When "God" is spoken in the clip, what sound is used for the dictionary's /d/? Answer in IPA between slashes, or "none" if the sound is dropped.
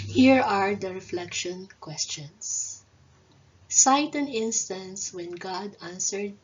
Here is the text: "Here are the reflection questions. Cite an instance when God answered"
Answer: /d/